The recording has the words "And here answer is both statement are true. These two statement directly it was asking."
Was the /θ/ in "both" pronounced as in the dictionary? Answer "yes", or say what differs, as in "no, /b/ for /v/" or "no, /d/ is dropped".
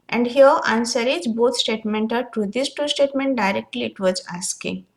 no, /t/ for /θ/